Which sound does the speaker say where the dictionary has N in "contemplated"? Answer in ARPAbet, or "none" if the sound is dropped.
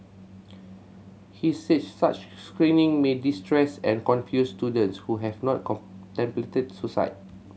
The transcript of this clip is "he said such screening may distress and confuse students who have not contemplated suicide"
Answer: none